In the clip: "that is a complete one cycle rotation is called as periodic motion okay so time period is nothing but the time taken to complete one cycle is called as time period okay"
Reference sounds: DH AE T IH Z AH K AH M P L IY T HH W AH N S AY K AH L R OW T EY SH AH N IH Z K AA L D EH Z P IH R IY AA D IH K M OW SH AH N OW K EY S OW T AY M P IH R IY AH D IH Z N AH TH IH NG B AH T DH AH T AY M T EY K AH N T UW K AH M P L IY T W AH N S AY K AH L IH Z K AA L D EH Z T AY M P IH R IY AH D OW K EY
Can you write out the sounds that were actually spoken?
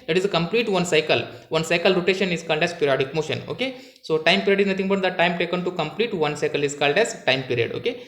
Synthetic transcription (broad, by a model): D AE T IH Z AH K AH M P L IY T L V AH N S AY K AH L R OW T EY SH AH N IH Z K AA L D EH Z P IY R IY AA D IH K M OW SH AH N OW K EY S OW T AY M P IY R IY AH D IH Z N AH T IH NG B AH T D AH T AY M T EY K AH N T UW K AH M P L IY T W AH N S AY K AH L IH Z K AA L D EH Z T AY M P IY R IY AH D OW K EY